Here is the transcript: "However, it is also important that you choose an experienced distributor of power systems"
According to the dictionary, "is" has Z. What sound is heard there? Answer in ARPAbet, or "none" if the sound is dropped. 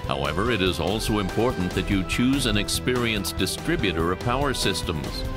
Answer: Z